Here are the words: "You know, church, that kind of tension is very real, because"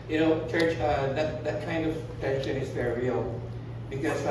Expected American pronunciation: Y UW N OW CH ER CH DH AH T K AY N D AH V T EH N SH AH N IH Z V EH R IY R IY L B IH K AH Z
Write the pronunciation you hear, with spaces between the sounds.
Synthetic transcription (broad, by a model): Y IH N OW CH ER CH DH AH T K AY N D AH V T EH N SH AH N IH Z V EH R IY R IY L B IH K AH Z